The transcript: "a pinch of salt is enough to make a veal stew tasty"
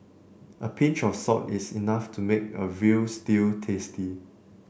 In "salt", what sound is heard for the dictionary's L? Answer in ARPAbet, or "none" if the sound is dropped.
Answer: none